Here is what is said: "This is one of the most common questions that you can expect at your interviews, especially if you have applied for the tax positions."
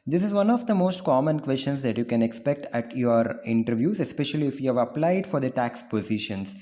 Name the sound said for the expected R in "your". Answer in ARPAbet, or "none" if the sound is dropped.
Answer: R